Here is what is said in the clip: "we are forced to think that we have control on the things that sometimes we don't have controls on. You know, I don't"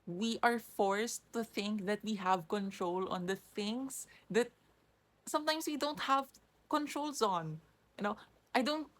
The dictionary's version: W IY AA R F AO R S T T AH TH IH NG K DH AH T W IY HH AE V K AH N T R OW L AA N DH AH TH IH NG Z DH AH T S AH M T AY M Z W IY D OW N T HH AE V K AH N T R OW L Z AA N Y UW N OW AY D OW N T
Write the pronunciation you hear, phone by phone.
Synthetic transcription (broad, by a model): W IY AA R F AO R S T T AH TH IH NG K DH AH T W IY HH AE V K AH N T R OW L AA N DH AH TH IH NG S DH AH T S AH M T AY M S W IY D OW N T HH AE V K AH N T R OW L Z AA N Y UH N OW AY D OW N T